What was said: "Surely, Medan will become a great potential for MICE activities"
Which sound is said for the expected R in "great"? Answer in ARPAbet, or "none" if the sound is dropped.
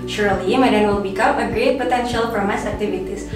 R